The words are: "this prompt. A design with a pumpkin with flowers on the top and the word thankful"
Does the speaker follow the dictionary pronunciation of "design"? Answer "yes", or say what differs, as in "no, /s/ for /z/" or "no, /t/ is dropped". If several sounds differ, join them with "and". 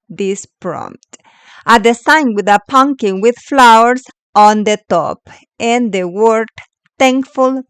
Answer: no, /s/ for /z/